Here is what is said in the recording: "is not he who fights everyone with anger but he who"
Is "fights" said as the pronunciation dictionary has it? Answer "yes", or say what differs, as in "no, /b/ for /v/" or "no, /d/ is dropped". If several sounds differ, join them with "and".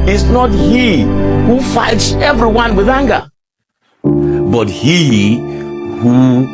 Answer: yes